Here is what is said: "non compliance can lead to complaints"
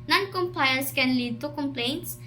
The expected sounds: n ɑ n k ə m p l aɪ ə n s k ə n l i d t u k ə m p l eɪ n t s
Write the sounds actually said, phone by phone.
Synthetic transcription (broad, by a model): n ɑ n k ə m p aɪ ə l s k ə n l i d t u k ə m p l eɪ n t s